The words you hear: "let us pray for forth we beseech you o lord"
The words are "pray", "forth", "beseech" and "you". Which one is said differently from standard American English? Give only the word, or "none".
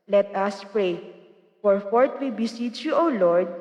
forth